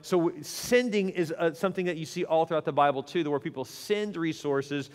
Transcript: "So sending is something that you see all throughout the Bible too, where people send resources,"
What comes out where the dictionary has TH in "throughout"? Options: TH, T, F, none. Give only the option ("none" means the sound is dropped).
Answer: TH